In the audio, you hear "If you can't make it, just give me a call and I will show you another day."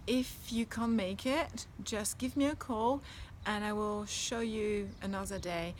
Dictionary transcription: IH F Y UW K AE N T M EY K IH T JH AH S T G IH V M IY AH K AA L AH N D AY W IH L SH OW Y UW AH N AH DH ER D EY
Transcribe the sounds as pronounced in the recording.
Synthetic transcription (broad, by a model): IH F Y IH K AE N M EY K IH T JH AH S G IH V M IY AH K AA L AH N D AY W IH L SH OW Y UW AH N AH DH ER D EY